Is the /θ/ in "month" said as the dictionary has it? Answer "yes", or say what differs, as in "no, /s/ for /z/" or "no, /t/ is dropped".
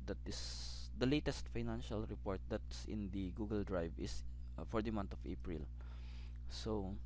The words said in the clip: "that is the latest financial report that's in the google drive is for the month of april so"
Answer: no, /t/ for /θ/